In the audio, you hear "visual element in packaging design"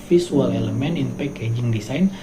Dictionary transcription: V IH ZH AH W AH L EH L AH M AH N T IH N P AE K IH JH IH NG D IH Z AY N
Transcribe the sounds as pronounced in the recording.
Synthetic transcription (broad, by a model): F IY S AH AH L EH L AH M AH N IH N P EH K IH JH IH NG D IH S AY N